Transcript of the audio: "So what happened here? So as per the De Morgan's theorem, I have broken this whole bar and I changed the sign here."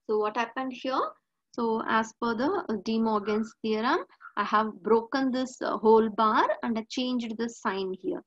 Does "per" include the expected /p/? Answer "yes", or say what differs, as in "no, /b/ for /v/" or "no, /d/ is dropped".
no, /f/ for /p/